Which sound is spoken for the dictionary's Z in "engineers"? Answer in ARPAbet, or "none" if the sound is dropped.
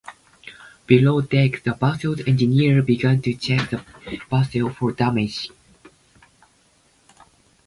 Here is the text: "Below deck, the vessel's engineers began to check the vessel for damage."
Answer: none